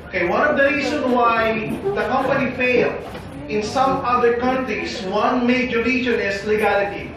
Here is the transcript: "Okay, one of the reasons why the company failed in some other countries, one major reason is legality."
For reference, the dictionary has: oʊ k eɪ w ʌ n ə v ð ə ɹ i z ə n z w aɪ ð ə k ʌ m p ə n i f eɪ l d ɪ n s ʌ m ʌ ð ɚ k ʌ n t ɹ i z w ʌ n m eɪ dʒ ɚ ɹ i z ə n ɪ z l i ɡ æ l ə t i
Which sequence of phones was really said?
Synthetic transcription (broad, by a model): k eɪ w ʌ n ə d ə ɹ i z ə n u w aɪ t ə k ʌ m p ə n i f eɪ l ɪ n s ʌ m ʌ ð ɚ k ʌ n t ɹ i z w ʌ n m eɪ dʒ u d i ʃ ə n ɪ s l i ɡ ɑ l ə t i